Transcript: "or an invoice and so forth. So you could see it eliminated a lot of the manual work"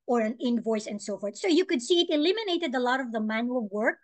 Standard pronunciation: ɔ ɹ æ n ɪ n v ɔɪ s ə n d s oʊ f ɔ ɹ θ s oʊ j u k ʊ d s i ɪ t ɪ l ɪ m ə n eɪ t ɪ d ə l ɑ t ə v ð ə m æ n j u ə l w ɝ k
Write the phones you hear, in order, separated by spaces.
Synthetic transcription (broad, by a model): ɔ ɹ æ n ɪ n v ɔɪ s ə n d s oʊ f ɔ ɹ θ s oʊ j u k ʊ d s i ɪ t ɪ l ɪ m ə n eɪ t ɪ d ə l ɑ t ə v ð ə m æ n j u ə l w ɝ k